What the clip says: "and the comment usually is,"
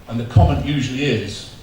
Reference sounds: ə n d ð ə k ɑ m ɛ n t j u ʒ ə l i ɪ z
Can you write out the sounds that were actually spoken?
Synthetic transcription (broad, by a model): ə n ð ə k ɑ m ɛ n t j u ʒ ə l i ɪ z